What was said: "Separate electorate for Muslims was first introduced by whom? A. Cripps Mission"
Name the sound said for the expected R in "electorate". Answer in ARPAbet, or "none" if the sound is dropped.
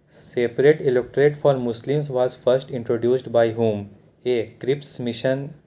R